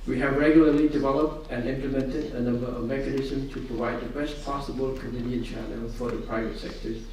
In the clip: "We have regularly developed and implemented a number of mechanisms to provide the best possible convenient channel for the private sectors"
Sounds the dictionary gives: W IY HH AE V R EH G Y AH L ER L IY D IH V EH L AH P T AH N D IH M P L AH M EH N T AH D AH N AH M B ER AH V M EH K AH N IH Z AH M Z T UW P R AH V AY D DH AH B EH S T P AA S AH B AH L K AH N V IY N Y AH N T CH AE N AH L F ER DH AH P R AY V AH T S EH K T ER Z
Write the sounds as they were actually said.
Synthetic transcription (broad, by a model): W IY HH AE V R EH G Y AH L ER L IY D IH V EH L AH P T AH N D IH M P L AH M EH N T AH D AH N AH M B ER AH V M EH K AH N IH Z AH M S T UW P R AH V AY D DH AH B EH S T P AA S AH B AH L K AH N P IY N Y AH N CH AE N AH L F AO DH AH P R AY V AH T S EH K T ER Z